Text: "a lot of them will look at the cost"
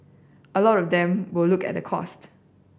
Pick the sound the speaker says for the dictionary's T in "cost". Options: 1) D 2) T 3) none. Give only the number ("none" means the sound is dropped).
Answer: 2